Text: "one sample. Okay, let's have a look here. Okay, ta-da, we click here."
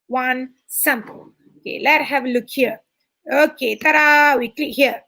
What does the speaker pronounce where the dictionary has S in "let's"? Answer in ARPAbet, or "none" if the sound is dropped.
none